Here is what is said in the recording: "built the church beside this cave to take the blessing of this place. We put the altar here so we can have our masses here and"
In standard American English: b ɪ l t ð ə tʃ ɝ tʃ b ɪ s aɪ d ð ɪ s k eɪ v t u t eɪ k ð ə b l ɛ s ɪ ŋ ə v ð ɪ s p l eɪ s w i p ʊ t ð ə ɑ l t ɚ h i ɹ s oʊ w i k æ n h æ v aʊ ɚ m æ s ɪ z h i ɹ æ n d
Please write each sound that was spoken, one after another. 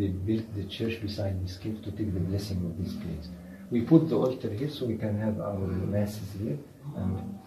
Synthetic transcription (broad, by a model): b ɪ l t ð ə tʃ ɝ tʃ b ɪ s aɪ d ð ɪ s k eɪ p t u t eɪ k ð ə b l ɛ s ɪ ŋ ə v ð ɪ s p l eɪ s w i p ʊ t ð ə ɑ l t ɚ h i ɹ s oʊ w i k æ n h æ v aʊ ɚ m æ s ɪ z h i ɹ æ n d